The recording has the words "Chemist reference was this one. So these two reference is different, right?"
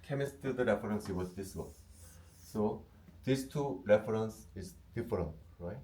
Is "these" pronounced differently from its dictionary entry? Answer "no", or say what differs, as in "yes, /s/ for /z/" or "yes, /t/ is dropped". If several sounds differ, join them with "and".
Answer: yes, /s/ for /z/